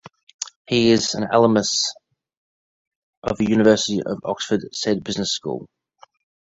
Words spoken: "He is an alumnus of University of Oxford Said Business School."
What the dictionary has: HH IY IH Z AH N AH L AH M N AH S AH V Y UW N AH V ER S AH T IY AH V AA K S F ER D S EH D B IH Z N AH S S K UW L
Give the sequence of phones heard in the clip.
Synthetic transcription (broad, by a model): HH IY IH Z AH N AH L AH M AH S AH V Y UW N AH V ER S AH T IY AH V AA K S F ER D S EH D B IH Z N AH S S K UW L